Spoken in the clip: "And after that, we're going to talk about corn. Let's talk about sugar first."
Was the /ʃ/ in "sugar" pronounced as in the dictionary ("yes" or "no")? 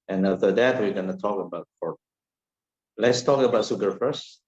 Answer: no